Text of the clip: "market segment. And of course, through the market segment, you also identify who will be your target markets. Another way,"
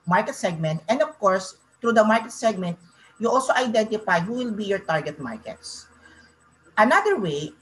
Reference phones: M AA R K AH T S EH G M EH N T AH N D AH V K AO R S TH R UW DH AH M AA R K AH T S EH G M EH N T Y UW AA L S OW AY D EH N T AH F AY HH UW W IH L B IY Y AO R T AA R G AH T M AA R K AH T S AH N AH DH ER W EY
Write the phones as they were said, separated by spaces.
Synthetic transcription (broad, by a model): M AA R K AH T S EH G M EH N T AH N D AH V K AO R S T R UW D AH M AA R K AH T S EH G M EH N T Y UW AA L S OW AY D EH N T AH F AY HH UW W IH L B IY Y AO R T AA R G AH T M AA R K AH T S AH N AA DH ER W EY